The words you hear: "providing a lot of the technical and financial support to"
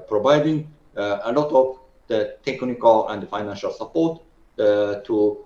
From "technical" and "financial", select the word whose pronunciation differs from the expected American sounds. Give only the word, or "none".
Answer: none